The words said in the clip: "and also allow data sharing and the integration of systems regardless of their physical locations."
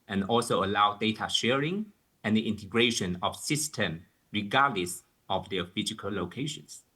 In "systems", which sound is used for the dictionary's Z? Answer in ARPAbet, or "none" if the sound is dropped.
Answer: none